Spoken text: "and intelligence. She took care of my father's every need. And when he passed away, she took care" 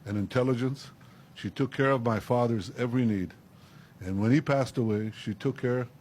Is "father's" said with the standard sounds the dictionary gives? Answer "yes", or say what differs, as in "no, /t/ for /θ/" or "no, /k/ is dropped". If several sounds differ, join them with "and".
yes